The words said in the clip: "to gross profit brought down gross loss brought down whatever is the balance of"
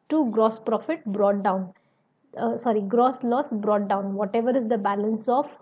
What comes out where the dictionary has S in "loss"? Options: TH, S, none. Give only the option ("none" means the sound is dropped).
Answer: S